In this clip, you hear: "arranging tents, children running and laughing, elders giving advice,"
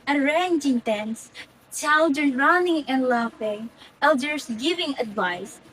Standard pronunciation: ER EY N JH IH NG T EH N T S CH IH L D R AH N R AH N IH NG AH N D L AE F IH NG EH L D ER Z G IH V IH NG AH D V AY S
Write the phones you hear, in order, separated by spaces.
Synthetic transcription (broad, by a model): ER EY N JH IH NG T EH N S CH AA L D AH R R AH N IH NG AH N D L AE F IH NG EH L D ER S G IH V IH NG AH D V AY S